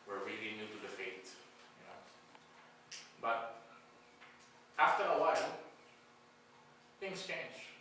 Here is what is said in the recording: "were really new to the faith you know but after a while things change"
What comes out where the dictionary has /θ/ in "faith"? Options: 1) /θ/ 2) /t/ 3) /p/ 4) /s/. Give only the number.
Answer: 2